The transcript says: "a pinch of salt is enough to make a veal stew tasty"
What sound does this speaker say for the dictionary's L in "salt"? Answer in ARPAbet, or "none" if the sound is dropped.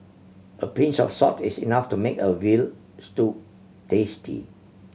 none